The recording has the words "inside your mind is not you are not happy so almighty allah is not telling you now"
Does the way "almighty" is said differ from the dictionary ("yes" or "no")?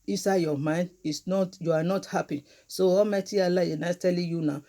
yes